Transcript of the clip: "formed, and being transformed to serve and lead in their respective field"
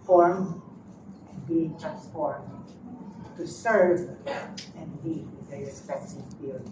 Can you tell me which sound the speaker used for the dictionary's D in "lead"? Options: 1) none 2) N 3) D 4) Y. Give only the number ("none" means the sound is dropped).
1